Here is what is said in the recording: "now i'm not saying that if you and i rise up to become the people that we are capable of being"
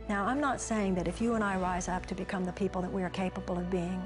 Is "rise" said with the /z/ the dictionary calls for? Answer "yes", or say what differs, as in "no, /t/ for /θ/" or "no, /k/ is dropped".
yes